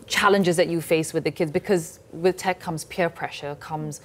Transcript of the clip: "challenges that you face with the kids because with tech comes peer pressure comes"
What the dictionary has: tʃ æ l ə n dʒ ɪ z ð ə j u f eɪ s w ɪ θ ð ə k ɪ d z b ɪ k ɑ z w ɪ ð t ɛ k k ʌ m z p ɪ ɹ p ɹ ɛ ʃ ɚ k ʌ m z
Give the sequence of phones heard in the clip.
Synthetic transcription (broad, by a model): tʃ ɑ l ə n dʒ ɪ z ð ə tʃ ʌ f eɪ s w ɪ ð ə k ɪ d z b ɪ k ɑ z w ɪ ð t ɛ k k ʌ m z p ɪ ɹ p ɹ ɛ ʃ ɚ k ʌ m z